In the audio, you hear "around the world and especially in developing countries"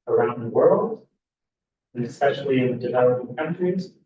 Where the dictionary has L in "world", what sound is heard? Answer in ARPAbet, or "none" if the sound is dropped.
L